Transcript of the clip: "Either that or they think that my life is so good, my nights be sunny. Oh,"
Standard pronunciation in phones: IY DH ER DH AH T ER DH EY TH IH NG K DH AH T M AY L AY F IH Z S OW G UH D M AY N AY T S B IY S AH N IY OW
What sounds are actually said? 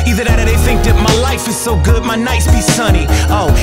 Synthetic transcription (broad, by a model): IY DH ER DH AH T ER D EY TH IH NG K DH AH T M AY L AY F IH Z S OW G UH D M AY N AY S B IY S AH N IY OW